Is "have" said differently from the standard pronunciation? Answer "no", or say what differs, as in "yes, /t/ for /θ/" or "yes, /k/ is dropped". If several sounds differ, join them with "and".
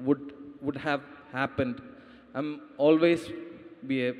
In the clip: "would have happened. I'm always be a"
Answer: no